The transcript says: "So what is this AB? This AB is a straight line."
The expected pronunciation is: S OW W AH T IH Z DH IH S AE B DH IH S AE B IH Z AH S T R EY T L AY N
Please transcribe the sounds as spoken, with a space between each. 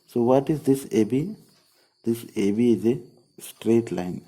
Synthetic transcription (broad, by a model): S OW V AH T IH Z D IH S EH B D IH S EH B IH Z AH S T R EY T L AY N